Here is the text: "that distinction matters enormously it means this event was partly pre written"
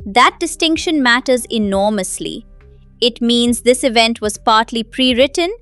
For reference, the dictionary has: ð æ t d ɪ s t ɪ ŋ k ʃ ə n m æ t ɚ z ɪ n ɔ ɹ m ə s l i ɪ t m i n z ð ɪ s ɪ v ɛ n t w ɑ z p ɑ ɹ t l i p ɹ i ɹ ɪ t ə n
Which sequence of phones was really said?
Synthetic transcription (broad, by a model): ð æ t d ɪ s t ɪ ŋ k ʃ ə n m æ t ɚ z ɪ n ɔ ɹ m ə s l i ɪ t m i n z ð ɪ s ɪ v ɛ n t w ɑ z p ɑ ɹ t l i p ɹ i ɹ ɪ t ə n